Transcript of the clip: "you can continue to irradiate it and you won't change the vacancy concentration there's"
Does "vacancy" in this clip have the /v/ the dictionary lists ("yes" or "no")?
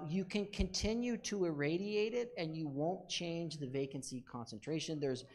yes